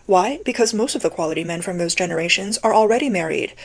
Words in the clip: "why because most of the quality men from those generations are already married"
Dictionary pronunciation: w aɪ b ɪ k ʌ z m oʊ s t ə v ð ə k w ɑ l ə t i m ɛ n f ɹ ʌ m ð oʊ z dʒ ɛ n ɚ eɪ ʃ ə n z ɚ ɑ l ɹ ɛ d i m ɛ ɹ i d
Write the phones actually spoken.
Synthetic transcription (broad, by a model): w aɪ b ɪ k ʌ z m oʊ s t ə v ð ə k w ɑ l ə t i m ɛ n f ɹ ʌ m ð oʊ z dʒ ɛ n ɚ eɪ ʃ ə n z ɚ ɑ l ɹ ɛ d i m ɛ ɹ i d